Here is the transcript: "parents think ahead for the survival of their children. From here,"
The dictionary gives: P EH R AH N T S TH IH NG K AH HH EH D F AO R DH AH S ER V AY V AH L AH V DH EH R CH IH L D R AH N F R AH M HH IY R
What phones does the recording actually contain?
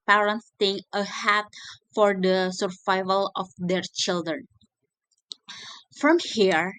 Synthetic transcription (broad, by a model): P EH R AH N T S T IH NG AH HH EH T F AO R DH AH S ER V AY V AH L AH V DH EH R CH IH L D R AH N F R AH M HH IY R